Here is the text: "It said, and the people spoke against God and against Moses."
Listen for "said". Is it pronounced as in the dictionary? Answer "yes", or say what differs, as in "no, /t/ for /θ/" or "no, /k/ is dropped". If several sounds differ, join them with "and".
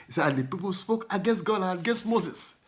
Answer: no, /d/ is dropped